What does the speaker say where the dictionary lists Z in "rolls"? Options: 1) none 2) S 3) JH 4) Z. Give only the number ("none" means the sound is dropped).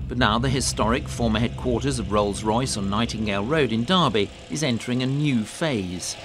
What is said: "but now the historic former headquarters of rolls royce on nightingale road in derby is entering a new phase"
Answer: 4